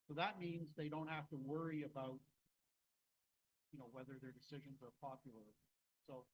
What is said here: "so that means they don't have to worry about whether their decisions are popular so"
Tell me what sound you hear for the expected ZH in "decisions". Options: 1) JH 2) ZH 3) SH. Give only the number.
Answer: 2